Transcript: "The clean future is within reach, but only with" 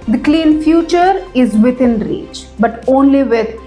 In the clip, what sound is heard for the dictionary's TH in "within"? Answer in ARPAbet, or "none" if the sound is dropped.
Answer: T